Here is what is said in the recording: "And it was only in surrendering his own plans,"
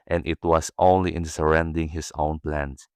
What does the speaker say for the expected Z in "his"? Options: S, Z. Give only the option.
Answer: S